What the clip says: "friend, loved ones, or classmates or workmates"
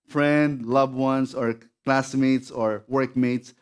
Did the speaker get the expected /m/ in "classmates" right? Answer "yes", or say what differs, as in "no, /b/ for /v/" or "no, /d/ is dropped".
yes